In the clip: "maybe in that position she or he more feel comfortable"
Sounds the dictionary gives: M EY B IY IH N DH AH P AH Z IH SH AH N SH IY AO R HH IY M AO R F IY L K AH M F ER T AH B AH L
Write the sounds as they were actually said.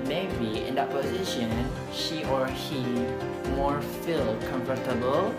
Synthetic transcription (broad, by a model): M EY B IY IH N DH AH P AH Z IH SH AH N SH IY AO R HH IY M AO R F IY L K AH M F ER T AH B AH L